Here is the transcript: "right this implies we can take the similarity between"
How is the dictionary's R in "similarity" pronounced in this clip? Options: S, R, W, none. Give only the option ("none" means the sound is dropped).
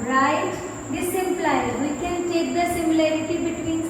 R